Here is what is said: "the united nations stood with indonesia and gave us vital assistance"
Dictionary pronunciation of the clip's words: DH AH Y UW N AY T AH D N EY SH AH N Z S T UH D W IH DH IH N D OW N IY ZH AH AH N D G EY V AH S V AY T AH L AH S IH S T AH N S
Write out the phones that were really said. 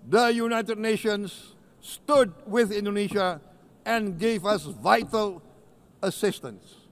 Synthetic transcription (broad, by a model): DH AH Y UW N AY T AH D N EY SH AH N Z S T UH D W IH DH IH N D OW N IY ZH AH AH N G EY V AH S V AY T AH L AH S IH S T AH N S